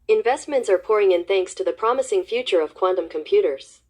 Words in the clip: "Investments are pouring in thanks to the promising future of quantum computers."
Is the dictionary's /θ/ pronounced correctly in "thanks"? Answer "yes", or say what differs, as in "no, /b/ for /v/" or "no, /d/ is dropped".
yes